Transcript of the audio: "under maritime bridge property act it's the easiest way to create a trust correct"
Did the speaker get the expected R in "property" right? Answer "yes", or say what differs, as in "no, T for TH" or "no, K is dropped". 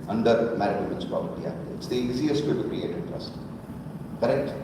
no, R is dropped